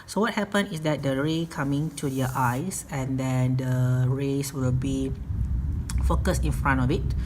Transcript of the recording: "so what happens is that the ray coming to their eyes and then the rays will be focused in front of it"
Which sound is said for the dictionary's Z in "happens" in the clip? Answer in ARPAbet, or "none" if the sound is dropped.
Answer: none